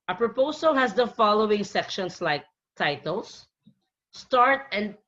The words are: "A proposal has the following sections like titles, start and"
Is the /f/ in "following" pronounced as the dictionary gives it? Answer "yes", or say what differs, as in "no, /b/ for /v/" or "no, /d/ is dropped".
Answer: yes